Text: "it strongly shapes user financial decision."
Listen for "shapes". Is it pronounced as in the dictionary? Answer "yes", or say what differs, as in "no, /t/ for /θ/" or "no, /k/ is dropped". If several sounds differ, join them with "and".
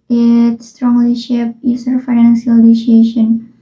no, /s/ is dropped